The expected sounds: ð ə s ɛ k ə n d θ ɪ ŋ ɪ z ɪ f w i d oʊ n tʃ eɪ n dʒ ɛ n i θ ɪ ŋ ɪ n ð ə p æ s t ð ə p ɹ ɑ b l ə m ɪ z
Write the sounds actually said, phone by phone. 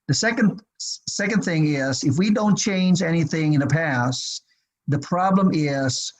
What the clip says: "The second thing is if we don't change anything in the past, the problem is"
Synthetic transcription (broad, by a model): ð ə s ɛ k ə n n θ ɪ ŋ ɪ z ɪ f w i d oʊ n tʃ eɪ n dʒ ɛ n i θ ɪ ŋ ɪ n ð ə p æ s ð ə p ɹ ɑ b l ə m ɪ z